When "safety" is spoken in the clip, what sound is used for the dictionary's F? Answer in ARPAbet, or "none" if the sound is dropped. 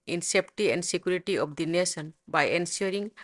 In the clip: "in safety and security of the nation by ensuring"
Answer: P